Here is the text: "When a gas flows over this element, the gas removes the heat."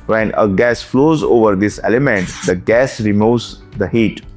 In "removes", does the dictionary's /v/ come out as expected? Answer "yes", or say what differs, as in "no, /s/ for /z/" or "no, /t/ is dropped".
no, /v/ is dropped